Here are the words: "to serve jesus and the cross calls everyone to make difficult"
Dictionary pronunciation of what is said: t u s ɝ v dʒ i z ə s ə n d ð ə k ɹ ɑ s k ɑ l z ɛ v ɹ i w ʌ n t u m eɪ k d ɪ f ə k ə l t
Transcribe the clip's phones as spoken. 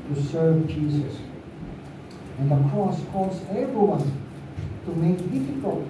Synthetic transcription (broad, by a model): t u s ɝ v dʒ i z ə s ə n ð ə k ɹ ɑ s k ɑ l z ɛ v ɹ i w ʌ n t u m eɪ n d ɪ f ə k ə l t